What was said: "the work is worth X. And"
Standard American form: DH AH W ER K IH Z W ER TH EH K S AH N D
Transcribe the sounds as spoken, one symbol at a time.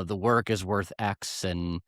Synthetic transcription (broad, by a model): DH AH W ER K IH Z W ER TH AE K S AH N